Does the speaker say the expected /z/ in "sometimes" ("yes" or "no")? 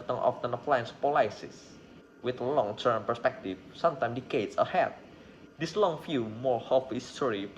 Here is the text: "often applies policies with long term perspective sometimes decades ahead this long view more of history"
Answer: no